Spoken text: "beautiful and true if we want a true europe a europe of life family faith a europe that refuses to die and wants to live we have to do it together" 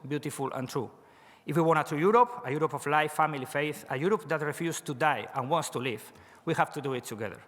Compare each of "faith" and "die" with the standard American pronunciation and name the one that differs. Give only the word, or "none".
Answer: none